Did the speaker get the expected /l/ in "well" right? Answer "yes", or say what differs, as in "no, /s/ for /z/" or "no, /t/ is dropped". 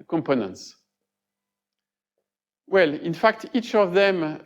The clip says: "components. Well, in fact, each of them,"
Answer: yes